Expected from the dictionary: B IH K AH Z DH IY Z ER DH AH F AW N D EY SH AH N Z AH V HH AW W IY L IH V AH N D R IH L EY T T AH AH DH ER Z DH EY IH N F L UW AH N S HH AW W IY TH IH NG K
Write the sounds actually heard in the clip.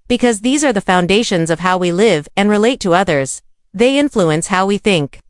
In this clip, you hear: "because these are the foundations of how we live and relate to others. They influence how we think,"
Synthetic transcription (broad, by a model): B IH K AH Z DH IY Z ER DH AH F AW N D EY SH AH N Z AH V HH AW W IY L IH V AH N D R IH L EY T T AH AH DH ER Z DH EY IH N F L UW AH N S HH AW W IY TH IH NG K